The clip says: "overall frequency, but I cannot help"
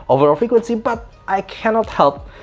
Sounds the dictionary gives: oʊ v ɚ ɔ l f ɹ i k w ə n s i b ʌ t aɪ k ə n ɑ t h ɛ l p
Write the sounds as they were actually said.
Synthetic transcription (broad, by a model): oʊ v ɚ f i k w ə n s i b ʌ t aɪ k ə n ɑ t h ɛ l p